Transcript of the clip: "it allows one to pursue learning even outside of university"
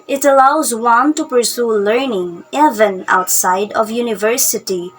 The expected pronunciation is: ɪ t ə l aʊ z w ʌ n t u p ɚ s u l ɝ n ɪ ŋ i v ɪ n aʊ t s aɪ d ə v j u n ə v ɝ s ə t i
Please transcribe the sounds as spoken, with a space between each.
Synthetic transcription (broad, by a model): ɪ t ə l aʊ z w ʌ n t u p ɚ s u l ɝ n ɪ ŋ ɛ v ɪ n aʊ t s aɪ d ə v j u n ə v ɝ s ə t i